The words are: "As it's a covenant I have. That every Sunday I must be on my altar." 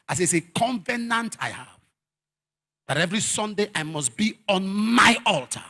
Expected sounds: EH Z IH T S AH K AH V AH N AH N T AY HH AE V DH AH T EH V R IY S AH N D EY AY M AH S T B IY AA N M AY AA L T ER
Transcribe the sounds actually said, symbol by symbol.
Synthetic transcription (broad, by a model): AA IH S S AH K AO V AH N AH N T AY HH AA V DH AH T EH V R IY S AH N D EY AY M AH S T B IY AA N M AY AA L T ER